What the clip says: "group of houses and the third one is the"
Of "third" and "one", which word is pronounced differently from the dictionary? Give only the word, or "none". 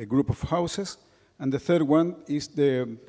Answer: none